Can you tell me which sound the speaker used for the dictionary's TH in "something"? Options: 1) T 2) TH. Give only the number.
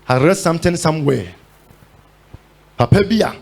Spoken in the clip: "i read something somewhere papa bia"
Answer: 1